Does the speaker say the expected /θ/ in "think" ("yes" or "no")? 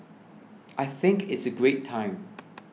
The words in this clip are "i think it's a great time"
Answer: yes